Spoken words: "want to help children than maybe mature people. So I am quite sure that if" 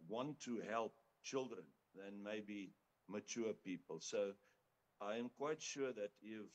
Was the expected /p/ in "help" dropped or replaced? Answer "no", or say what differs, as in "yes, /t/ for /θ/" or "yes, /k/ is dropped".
no